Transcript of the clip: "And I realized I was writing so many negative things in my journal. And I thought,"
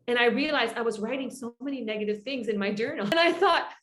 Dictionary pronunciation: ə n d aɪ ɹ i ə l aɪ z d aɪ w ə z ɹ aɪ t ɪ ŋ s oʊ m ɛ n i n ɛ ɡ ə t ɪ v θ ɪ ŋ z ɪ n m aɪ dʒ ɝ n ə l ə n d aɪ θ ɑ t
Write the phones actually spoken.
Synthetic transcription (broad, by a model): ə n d aɪ ɹ i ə l aɪ z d aɪ w ə z ɹ aɪ t ɪ ŋ s oʊ m ɛ n i n ɛ ɡ ə t ɪ v θ ɪ ŋ z ɪ n m aɪ dʒ ɝ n l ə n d aɪ θ ɑ t